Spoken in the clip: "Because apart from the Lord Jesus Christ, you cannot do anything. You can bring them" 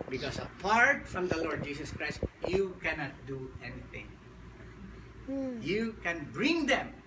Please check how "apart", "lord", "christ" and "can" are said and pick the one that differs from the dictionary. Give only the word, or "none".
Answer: none